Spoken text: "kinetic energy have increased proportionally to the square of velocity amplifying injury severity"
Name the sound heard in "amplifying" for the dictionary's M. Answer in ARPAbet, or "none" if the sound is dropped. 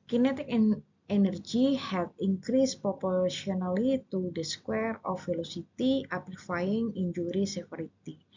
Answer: none